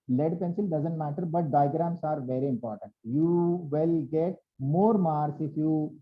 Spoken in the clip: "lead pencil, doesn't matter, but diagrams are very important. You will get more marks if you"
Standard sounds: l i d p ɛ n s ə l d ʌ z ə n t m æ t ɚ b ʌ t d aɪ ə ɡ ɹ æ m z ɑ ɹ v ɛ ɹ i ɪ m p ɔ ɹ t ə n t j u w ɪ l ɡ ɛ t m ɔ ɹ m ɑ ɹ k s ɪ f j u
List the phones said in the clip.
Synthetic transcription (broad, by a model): l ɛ d p ɛ n s ə l d ʌ z ə n t m æ t ɚ b ʌ t d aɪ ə ɡ ɹ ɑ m s ɑ ɹ v ɛ ɹ i ɪ m p ɔ ɹ t ə n t j u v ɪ l ɡ ɛ t m ɔ ɹ m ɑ ɹ s ɪ f j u